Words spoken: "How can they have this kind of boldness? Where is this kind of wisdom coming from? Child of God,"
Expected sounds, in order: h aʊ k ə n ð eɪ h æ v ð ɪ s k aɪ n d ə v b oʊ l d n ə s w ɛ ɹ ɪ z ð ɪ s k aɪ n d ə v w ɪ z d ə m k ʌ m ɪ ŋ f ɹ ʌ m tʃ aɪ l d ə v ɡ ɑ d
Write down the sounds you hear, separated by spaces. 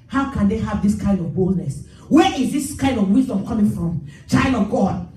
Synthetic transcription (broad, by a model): h aʊ k ə n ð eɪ h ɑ v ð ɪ s k aɪ n d ə v b oʊ l d n ə s w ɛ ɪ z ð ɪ s k aɪ n d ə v w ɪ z d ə m k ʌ m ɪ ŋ f ɹ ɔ m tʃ aɪ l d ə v ɡ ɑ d